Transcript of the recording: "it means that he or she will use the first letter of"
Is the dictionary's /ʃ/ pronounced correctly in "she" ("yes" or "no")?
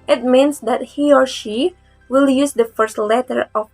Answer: yes